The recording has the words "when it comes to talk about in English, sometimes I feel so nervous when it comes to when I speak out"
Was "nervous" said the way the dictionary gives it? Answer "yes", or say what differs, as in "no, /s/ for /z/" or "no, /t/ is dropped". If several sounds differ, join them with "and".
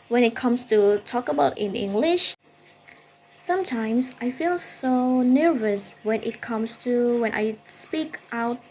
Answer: yes